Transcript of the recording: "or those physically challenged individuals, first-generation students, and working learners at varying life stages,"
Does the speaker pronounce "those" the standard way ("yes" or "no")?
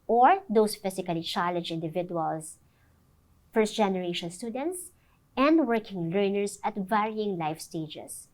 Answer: no